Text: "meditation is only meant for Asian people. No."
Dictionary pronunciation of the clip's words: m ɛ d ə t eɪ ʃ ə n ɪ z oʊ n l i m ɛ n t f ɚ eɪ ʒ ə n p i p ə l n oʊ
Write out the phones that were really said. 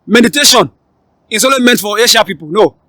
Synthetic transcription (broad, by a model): m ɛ d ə t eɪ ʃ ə n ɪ s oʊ l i m ɛ n t f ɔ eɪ ʃ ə p i p ə l n oʊ